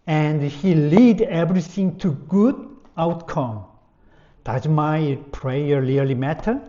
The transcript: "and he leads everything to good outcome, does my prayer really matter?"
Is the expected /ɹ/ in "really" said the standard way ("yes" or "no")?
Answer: no